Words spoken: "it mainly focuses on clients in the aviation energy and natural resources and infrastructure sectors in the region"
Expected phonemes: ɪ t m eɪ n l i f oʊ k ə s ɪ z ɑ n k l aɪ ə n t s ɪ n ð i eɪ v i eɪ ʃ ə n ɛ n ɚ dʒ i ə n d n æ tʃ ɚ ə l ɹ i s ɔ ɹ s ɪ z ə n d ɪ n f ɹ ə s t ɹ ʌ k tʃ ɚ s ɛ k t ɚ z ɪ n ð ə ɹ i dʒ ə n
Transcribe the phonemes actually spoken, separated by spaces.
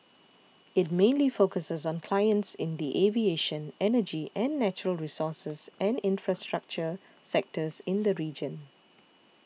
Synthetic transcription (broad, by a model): ɪ t m eɪ n l i f oʊ k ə s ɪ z ɑ n k l aɪ ə n t s ɪ n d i eɪ v i eɪ ʃ ə n ɛ n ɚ dʒ i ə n n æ tʃ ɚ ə l ɹ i s ɔ s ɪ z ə n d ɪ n f ɹ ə s t ɹ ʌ k tʃ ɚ s ɛ k t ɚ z ɪ n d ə ɹ i dʒ ə n